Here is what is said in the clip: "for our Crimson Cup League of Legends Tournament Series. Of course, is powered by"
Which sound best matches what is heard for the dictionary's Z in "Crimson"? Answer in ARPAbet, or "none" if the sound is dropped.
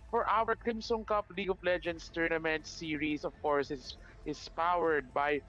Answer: S